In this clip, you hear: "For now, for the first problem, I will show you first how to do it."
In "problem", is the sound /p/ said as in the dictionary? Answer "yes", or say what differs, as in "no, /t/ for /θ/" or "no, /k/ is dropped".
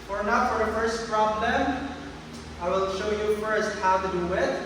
no, /f/ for /p/